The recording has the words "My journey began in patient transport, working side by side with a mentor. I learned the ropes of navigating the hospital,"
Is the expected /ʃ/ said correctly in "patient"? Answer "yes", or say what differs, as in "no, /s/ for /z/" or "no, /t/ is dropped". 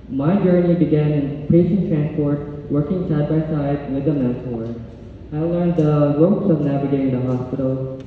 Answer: no, /s/ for /ʃ/